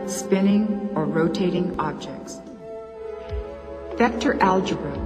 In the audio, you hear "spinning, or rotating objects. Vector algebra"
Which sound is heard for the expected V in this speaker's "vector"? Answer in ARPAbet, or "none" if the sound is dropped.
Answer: F